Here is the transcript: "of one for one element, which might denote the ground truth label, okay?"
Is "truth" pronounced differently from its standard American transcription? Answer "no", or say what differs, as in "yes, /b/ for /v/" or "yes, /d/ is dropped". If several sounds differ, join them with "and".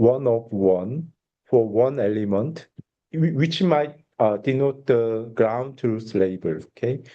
yes, /ɹ/ is dropped and /s/ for /θ/